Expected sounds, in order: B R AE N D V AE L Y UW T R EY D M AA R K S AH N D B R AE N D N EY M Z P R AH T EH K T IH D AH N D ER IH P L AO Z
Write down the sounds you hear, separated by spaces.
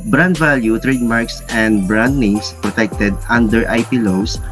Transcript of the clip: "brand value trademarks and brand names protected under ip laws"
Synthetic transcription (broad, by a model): B R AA N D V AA L Y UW T R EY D M AA R K S AH N D B R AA N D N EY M S P R AH T EH K T IH D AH N D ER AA P L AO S